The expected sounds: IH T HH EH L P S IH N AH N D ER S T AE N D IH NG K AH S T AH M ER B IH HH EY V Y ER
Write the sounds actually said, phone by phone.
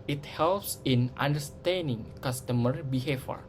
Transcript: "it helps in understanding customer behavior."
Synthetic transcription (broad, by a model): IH T HH EH L P S IH N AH N D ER S T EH N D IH NG K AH S T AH M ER B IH HH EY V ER